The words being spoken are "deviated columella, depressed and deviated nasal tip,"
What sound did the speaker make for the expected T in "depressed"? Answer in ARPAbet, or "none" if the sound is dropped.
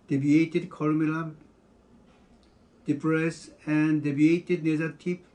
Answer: none